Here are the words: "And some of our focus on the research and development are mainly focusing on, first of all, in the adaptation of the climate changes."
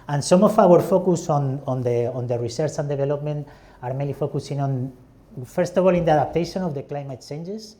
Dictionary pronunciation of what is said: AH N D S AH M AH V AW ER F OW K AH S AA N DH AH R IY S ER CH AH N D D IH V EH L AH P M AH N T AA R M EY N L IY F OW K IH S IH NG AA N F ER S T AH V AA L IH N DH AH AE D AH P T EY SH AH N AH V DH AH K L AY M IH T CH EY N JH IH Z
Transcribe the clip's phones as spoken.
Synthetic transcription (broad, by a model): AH N S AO M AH F AW ER F OW K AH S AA N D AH R IY S ER CH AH N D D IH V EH L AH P M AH N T AA R M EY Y L IY F OW K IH S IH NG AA N F ER S T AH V AA L IH N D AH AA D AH P T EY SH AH N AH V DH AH K L AY M IH T CH EY N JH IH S